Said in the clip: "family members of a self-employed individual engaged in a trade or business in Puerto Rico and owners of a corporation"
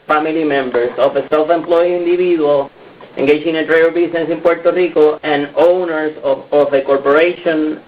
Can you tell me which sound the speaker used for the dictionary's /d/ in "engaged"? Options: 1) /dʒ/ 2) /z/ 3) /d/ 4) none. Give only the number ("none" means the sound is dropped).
4